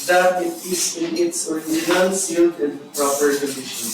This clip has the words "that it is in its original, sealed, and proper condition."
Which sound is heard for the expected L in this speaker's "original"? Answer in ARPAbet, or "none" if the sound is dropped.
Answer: N